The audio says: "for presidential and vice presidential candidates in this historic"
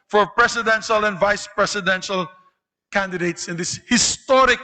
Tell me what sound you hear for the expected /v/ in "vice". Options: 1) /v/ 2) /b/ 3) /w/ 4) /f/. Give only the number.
1